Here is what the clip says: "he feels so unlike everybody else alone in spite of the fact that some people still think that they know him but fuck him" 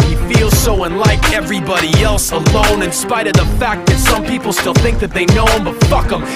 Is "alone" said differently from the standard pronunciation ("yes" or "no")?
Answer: no